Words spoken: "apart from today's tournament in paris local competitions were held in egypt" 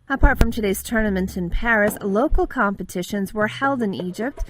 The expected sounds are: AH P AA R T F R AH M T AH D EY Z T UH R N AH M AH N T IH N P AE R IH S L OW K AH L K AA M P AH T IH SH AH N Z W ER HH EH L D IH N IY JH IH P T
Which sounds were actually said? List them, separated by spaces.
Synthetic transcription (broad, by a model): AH P AA R T F R AH M T AH D EY Z T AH R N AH M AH N T IH N P AE R IH S L OW K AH L K AA M P AH T IH SH AH N Z W ER HH EH L D IH N IY JH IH P T